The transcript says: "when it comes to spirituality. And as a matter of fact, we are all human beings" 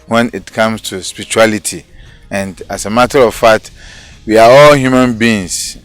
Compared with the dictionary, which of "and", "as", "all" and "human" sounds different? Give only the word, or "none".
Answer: as